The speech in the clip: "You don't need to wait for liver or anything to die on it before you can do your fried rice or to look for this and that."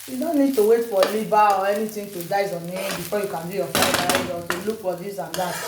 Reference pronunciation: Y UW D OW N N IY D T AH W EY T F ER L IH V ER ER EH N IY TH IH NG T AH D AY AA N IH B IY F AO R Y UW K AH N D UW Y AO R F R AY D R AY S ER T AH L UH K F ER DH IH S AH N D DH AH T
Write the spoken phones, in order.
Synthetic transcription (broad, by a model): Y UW D OW N N IY D T AH W EY T F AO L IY B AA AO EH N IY T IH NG T AH D AY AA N IH B IY F AO Y UW K AH N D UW Y AO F AY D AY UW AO T AH L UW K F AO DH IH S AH N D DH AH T